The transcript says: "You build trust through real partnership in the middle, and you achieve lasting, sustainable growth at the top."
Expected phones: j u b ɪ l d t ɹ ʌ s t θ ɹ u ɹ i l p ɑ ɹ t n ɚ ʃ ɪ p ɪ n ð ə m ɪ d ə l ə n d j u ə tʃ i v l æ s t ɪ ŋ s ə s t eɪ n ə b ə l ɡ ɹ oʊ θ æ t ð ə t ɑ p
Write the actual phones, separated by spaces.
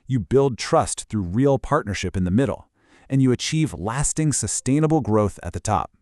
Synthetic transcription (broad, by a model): j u b ɪ l d t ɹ ʌ s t θ ɹ u ɹ i l p ɑ ɹ t n ɚ ʃ ɪ p ɪ n ð ə m ɪ d l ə n j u ə tʃ i v l æ s t ɪ ŋ s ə s t eɪ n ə b l ɡ ɹ oʊ θ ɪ t ð ə t ɑ p